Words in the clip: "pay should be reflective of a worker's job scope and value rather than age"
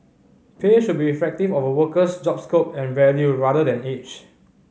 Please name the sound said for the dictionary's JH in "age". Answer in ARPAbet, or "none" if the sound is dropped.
CH